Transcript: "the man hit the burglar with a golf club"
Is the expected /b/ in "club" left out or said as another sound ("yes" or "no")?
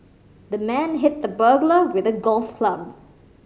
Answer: no